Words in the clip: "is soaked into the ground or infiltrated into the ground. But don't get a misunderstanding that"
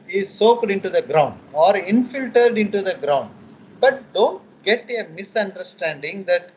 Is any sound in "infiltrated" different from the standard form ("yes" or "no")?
yes